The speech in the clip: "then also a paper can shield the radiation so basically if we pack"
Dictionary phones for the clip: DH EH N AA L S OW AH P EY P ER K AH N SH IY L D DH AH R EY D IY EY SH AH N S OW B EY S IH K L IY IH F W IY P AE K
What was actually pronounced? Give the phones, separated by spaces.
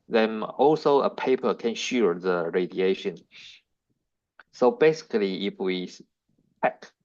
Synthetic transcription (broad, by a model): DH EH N AA L S OW AH P EY P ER K AH N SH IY D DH AH R EY D IY EY SH AH N S OW B EY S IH K L IY IH F W IY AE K